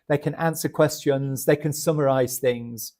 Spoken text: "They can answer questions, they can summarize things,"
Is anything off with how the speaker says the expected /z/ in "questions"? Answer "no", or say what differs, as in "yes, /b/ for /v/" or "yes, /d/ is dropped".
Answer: no